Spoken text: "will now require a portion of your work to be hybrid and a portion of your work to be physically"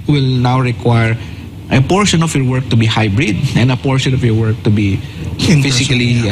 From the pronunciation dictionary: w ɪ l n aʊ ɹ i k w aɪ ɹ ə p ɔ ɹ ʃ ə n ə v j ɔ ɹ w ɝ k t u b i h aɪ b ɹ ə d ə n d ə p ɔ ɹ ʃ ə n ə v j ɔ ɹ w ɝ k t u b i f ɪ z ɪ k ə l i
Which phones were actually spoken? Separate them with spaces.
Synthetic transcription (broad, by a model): w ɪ l n aʊ ɹ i k w aɪ ɹ ə p ɔ ɹ ʃ ə n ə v j ɔ ɹ w ɝ k t u b i h aɪ b ɹ ə d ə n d ə p ɔ ɹ ʃ ə n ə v j ɔ ɹ w ɝ k t u b i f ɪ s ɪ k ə l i